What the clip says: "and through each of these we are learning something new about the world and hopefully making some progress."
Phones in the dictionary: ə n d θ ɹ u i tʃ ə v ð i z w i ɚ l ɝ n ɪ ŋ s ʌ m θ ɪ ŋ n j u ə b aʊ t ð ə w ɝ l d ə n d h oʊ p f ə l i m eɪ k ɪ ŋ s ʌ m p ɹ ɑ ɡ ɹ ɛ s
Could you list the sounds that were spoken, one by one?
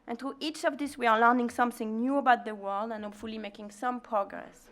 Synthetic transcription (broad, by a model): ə n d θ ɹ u i tʃ ə v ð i s w i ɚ l ɝ n ɪ ŋ s ʌ m θ ɪ ŋ n j u ə b aʊ t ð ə w ɝ l d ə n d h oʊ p f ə l i m eɪ k ɪ ŋ s ʌ m p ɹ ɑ ɡ ɹ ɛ s